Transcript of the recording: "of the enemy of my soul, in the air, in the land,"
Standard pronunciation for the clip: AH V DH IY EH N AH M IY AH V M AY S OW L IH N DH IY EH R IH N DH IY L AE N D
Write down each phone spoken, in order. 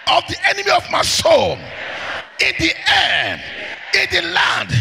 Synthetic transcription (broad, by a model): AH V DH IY EH N AH M IY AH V M AY S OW N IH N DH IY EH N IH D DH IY L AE N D